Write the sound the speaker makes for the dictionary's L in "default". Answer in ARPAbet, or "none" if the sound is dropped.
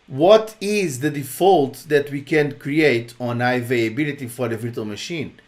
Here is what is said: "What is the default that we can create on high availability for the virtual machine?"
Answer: L